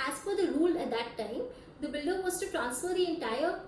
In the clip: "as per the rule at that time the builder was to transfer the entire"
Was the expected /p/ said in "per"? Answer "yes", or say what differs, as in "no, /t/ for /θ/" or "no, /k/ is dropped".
no, /f/ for /p/